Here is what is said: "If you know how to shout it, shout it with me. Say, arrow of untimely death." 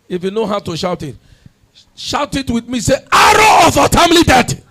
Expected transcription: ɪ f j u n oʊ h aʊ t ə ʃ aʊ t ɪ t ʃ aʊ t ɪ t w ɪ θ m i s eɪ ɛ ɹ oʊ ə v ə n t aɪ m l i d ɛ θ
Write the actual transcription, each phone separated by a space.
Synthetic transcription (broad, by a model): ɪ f j u n oʊ h aʊ t ə ʃ aʊ t ɪ t ʃ aʊ t ɪ t w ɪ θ m i s eɪ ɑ ɹ oʊ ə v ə t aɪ m l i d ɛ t